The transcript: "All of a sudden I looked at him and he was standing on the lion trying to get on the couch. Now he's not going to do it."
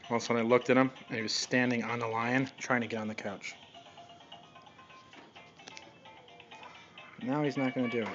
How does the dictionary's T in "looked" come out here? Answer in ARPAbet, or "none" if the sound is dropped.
T